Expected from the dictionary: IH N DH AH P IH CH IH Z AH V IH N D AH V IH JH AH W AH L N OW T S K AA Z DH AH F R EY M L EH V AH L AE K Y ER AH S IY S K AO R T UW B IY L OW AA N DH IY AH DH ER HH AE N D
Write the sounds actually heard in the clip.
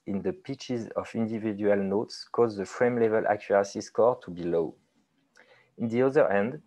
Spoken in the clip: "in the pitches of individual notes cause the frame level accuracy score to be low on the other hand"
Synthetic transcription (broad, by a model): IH N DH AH P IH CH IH Z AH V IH N D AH V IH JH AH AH L N OW T S K AA Z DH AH F R EY M L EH V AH L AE K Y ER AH S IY S K AO R T UW B IY L OW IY N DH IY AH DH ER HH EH N D